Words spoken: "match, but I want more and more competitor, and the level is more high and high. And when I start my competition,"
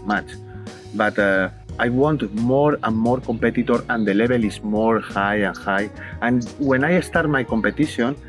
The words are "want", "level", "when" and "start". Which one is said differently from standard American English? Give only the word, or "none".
level